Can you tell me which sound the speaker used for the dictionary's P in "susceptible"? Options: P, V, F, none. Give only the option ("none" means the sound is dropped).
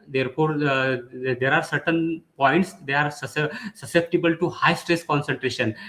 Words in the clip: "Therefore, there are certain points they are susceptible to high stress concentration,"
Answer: P